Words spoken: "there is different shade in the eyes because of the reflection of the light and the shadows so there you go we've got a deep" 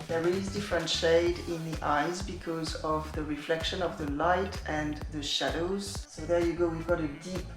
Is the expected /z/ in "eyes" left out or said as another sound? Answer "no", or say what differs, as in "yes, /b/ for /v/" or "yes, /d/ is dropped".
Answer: no